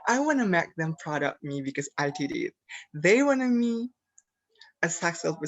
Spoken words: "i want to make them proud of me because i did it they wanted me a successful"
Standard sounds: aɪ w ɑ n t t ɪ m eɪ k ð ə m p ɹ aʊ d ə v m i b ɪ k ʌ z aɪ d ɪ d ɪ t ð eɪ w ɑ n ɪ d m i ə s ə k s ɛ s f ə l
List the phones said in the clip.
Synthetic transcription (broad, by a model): aɪ w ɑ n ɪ m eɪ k ð ə m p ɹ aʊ d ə p m i b ɪ k ʌ z aɪ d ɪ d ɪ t ð eɪ w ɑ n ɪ m i ə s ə k s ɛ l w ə